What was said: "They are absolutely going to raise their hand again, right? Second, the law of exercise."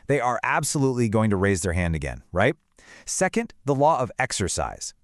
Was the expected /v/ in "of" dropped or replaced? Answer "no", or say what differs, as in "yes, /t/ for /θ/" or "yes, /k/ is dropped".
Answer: no